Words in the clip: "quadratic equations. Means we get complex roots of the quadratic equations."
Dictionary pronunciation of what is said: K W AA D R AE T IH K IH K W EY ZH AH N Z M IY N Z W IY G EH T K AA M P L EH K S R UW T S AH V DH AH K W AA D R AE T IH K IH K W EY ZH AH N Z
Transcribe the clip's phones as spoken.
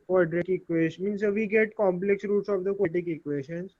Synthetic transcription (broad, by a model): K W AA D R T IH K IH K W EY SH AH M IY N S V IY G EH T K AA M P L EH K S R UW T S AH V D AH K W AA T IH K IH K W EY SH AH N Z